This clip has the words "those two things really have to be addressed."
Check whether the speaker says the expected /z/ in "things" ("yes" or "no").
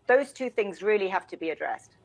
yes